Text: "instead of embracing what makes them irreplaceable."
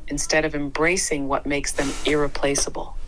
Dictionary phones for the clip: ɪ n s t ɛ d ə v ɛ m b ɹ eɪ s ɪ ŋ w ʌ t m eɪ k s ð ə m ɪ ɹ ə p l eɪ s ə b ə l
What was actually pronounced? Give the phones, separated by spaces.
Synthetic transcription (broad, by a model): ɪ n s t ɛ d ə v ɛ m b ɹ eɪ s ɪ ŋ w ʌ t m eɪ k s ð ə m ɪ ɹ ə p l eɪ s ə b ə l